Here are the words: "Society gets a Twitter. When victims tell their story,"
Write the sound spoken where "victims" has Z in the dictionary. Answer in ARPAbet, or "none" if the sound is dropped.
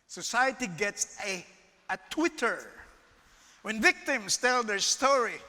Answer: S